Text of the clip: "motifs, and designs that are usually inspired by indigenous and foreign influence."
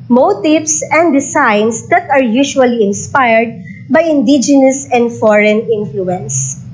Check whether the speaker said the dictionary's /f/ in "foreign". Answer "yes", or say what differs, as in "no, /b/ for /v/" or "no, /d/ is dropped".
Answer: yes